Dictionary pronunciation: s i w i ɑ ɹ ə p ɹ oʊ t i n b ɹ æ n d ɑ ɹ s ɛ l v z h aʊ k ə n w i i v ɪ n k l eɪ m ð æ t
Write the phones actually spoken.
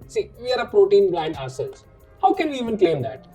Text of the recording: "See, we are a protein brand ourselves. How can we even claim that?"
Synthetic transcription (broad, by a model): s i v i ɑ ɹ ə p ɹ oʊ t i n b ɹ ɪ n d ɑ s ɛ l z h aʊ k ə n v i i v ɪ n k l eɪ m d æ t